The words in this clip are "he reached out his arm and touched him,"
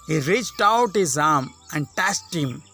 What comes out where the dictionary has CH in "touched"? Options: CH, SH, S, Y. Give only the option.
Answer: S